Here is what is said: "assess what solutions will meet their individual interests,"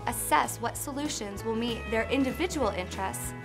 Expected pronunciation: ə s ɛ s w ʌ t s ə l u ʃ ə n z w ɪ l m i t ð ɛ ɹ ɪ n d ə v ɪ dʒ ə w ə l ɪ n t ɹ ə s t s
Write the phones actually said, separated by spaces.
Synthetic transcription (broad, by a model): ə s ɛ s w ʌ t s ə l u ʃ ə n z w ɪ l m i t ð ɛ ɹ ɪ n d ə v ɪ dʒ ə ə l ɪ n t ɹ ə s t s